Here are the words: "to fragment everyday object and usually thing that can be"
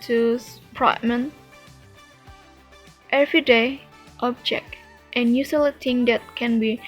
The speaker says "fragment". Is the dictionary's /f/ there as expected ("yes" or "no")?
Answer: no